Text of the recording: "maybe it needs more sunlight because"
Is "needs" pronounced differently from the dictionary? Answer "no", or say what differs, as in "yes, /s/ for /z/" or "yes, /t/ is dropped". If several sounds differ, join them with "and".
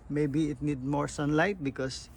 yes, /z/ is dropped